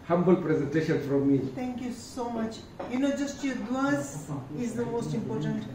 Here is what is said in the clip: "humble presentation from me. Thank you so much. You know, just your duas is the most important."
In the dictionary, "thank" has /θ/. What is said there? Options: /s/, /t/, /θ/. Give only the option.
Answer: /t/